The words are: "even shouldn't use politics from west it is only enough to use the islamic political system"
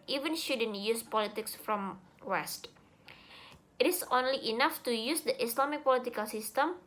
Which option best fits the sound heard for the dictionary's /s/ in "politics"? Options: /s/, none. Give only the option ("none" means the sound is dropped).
/s/